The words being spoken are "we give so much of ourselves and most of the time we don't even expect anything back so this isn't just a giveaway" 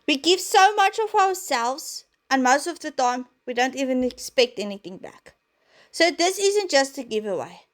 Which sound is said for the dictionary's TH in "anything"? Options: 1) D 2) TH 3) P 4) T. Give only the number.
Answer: 2